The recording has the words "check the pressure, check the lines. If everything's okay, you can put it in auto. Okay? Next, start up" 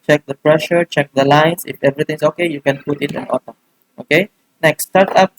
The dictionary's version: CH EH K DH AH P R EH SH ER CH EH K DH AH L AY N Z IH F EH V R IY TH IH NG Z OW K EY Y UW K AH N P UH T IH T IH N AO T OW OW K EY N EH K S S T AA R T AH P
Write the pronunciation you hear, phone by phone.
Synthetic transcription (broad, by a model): CH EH K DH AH P R EH SH ER CH EH K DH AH L AY N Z IH F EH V R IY T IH NG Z OW K EY Y UW K AH N P UH T IH T IH N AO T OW OW K EY N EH K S S T AA R T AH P